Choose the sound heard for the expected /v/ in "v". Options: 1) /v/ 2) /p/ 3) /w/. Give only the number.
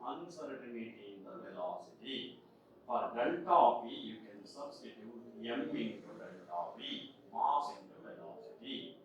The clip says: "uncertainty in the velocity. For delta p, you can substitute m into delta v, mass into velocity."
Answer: 2